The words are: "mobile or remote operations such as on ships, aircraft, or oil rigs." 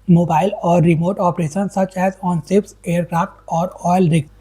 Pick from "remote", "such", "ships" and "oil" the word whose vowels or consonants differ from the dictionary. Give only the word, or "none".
ships